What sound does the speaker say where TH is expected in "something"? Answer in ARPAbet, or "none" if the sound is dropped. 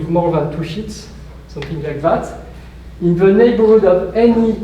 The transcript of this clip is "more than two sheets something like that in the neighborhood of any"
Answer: TH